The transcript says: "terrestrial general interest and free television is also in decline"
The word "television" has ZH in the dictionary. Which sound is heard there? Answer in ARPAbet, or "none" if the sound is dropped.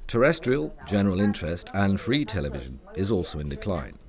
ZH